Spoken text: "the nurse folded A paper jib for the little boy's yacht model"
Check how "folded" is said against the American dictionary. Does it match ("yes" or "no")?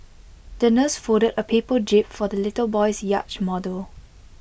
no